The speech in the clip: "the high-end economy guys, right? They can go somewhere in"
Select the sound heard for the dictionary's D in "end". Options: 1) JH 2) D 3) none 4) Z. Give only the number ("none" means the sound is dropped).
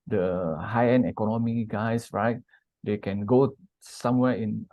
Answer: 3